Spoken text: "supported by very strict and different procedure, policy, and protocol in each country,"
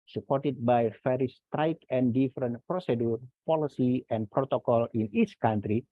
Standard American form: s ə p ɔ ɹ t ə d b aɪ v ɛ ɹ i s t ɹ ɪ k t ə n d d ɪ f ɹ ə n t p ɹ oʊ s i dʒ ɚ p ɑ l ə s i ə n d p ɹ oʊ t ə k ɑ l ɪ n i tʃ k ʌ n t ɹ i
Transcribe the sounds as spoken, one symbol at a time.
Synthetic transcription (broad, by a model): s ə p ɔ ɹ t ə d b aɪ f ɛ ɹ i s t ɹ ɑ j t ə n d d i f ɹ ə n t p ɹ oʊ s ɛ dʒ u p ɑ l ə s i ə n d p ɹ oʊ t ə k ɑ l ɪ n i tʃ k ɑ n t ɹ i